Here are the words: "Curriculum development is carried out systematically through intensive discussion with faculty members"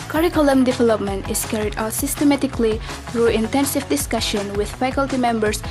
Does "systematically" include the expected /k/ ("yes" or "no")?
yes